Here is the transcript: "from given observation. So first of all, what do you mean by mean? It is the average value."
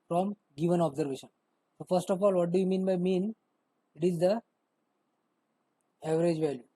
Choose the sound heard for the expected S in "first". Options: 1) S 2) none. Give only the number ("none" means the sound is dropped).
1